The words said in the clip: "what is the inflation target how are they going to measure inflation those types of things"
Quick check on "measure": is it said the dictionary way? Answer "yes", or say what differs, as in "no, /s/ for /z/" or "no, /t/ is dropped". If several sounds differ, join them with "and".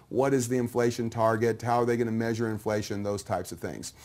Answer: yes